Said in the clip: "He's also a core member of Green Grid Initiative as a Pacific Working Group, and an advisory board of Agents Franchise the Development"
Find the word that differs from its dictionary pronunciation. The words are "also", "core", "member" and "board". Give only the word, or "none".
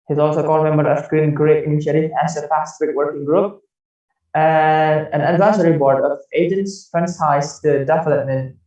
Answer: core